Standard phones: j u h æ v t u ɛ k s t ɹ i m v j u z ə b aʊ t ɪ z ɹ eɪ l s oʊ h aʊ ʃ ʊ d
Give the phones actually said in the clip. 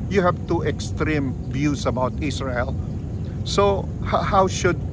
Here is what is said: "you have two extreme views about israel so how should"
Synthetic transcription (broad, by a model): j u h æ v t u ɛ k s t ɹ i m b j u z ə b aʊ t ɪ s ɹ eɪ l s oʊ h aʊ ʃ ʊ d